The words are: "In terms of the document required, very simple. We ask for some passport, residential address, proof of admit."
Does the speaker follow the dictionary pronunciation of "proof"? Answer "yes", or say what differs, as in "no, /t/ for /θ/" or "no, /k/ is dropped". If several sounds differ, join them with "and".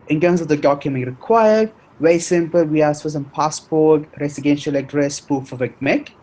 no, /ɹ/ is dropped